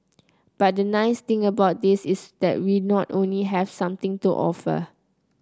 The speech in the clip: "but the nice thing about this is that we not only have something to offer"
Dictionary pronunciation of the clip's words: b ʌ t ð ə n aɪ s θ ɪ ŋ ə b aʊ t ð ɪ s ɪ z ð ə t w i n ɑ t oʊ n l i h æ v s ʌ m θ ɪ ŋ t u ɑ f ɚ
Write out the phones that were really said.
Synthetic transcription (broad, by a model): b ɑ t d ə n aɪ s t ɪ ŋ ə b aʊ t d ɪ s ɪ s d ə t w i n ɑ t oʊ n l i h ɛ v s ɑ m t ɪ ŋ t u ɑ f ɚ